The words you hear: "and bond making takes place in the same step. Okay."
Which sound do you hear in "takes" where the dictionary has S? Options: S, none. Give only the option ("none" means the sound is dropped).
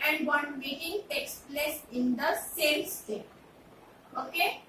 S